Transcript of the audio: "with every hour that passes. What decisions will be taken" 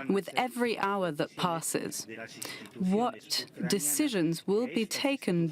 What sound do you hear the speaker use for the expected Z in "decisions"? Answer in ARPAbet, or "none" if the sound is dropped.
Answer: Z